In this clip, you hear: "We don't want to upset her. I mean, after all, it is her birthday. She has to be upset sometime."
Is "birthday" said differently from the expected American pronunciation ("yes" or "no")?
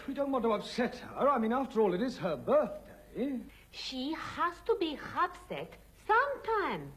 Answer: no